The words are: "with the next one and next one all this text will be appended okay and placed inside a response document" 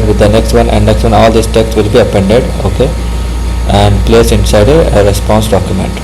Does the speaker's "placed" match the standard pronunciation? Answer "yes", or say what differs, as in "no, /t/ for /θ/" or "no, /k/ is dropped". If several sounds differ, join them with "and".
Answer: no, /t/ is dropped